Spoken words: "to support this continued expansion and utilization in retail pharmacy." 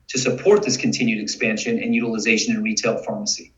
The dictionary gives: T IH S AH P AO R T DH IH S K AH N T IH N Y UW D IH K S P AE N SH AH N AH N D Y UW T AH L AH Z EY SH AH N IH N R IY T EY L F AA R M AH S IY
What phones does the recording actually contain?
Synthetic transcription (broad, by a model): T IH S AH P AO R T DH IH S K AH N T IH N Y UW D IH K S P AE N SH AH N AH N Y UW T AH L AH Z EY SH AH N IH N R IY T EY L F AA R M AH S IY